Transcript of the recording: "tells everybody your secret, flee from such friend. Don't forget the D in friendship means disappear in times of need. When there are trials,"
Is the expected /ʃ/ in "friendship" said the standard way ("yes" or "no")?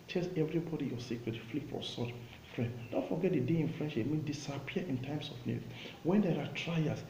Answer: yes